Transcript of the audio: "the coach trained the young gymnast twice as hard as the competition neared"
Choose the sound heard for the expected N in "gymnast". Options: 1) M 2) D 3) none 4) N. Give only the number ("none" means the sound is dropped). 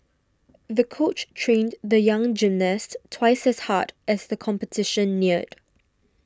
4